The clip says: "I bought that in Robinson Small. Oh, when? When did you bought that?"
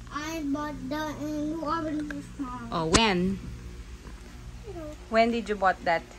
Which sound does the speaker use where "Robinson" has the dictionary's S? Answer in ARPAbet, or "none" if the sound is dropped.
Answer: none